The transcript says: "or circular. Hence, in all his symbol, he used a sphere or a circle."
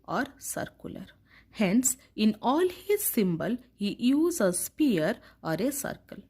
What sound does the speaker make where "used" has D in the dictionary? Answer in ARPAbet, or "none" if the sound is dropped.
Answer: none